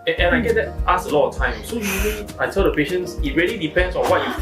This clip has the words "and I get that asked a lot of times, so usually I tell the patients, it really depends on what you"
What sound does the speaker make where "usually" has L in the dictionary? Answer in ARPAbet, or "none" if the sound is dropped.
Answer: none